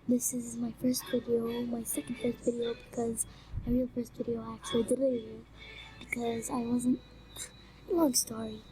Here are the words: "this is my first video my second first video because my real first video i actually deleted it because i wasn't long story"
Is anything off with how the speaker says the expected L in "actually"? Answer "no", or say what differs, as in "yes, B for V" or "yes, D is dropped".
yes, L is dropped